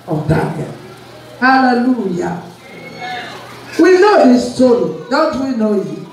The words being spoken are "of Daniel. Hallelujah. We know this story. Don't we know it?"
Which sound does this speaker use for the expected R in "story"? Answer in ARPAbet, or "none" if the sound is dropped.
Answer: L